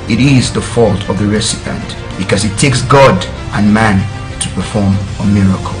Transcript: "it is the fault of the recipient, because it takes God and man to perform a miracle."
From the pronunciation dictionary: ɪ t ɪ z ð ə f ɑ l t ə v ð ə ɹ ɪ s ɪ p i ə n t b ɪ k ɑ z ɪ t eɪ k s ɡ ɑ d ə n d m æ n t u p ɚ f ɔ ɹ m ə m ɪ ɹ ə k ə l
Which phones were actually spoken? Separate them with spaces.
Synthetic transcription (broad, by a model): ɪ t ɪ z ð ə f ɑ l t ə v ð ə ɹ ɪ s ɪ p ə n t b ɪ k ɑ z ɪ t eɪ k s ɡ ɑ d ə n m æ n t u p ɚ f ɔ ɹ m ə m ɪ ɹ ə k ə l